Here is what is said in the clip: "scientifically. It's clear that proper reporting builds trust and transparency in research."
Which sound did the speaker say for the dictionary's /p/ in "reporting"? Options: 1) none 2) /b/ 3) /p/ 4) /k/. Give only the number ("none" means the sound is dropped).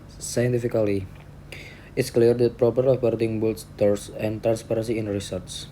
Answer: 2